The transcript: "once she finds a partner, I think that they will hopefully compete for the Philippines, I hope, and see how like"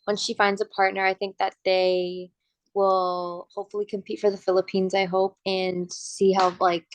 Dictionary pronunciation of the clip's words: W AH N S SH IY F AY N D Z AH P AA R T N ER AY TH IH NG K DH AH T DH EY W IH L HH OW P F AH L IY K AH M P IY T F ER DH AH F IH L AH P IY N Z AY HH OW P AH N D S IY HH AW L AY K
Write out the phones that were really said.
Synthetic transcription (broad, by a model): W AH N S SH IY F AY N D Z AH P AA R T N ER AY TH IH NG K DH AH T DH EY W IH L HH OW P F L IY K AH M P IY T F ER DH AH F IH L AH P IY N Z AY HH OW P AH N S IY HH AW L AY K